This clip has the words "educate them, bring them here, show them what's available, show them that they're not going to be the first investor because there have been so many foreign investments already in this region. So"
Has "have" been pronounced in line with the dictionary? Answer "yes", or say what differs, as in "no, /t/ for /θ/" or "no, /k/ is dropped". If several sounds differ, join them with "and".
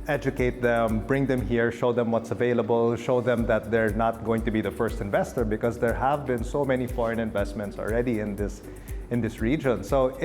yes